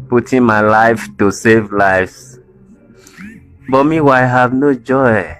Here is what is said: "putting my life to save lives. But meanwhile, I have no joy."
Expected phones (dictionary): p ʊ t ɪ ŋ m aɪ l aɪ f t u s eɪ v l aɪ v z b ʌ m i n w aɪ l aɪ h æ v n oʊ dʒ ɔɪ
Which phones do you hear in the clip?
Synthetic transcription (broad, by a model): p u t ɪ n m aɪ l aɪ f t u s eɪ v l aɪ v s b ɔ m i w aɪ aɪ h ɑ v n oʊ dʒ ɔɪ